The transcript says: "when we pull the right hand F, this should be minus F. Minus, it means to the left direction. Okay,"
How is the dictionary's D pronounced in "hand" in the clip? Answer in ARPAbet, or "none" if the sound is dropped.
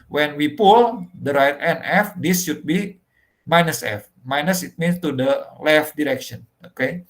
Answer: none